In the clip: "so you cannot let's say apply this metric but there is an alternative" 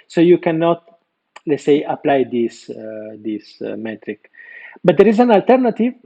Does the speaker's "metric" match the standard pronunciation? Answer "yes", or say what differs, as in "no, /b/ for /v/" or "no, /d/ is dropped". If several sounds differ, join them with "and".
yes